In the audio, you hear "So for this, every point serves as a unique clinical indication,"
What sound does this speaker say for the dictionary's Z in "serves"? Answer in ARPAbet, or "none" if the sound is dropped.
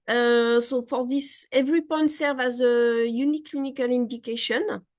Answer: none